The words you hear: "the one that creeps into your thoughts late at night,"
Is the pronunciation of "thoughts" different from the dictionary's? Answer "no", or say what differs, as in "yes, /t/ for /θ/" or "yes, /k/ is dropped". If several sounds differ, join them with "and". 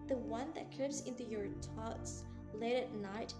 yes, /t/ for /θ/